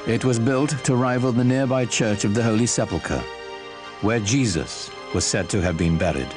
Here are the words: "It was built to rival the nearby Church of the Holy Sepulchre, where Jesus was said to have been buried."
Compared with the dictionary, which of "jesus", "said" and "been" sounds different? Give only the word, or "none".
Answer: none